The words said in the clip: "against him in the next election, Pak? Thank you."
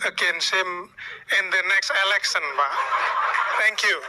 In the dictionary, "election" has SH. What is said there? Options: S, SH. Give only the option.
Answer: S